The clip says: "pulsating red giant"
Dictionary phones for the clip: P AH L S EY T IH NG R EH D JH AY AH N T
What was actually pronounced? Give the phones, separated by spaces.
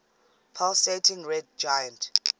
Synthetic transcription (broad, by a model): P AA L S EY T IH NG R EH D JH AY AH N T